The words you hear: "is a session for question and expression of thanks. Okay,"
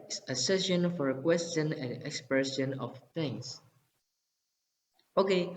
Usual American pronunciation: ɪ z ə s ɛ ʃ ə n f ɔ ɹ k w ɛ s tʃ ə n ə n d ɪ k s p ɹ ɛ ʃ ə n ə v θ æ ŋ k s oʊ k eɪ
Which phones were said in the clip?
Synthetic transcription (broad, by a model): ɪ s ə s ɛ ʃ ə n f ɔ ɹ k w ɛ s tʃ ə n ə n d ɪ k s p ɹ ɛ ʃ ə n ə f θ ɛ ŋ s oʊ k eɪ